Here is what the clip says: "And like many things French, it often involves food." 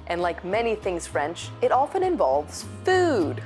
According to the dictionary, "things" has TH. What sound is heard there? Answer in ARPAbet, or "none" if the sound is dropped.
TH